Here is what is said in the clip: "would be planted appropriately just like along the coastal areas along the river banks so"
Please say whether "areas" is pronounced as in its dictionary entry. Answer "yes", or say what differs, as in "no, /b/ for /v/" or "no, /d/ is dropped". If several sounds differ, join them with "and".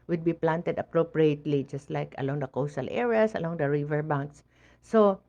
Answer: no, /s/ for /z/